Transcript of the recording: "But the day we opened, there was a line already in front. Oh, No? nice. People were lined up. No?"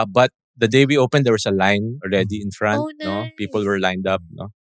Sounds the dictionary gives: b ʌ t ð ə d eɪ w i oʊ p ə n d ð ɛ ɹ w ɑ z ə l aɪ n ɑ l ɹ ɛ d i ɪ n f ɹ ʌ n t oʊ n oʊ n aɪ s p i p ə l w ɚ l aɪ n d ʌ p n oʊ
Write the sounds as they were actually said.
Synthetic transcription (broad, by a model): b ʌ t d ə d eɪ w i oʊ p ə n d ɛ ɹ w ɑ s ə l aɪ n ɑ l ɹ ɛ d i ɪ n f ɹ ʌ n t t n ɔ p i p ə l w ɚ l aɪ n d ʌ p n oʊ